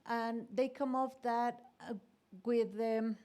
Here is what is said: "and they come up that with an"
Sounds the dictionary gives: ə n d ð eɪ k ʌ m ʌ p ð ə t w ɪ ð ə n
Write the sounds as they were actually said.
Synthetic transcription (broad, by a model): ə n ð eɪ k ʌ m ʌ f ð ə t w ɪ ð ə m